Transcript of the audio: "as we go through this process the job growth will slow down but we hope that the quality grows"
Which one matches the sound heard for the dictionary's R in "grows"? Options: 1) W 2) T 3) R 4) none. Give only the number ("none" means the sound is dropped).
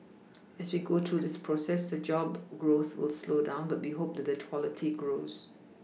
3